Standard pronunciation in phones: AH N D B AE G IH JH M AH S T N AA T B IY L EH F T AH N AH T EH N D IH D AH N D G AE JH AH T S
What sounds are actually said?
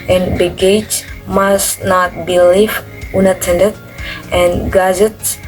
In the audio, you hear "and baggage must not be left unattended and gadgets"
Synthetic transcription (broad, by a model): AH N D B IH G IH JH M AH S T N AA T B IY L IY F AH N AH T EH N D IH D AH N G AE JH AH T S